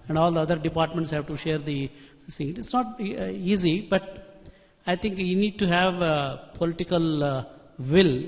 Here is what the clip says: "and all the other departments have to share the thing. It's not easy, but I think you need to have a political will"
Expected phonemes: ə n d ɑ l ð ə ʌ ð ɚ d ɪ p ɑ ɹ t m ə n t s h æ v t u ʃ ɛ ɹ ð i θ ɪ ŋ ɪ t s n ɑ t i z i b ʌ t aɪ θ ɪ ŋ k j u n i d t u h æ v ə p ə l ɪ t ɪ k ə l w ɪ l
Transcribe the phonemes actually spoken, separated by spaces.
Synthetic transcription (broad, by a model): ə n d ɑ l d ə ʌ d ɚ d ɪ p ɑ ɹ t m ə n t s h æ v t u ʃ ɛ ɹ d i s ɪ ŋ ɪ t s n ɑ t i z i b ʌ t aɪ t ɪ ŋ k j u n i d t u h æ v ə p ə l ɪ t ɪ k ə l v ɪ l